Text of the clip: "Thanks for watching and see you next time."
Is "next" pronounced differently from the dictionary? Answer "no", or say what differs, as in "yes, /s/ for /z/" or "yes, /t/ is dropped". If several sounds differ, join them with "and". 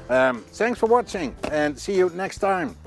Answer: no